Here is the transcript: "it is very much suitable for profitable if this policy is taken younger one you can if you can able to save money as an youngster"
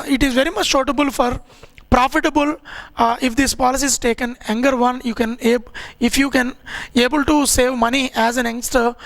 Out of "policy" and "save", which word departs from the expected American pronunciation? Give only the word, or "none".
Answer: none